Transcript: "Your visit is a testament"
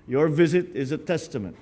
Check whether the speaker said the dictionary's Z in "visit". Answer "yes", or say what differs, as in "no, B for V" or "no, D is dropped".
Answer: yes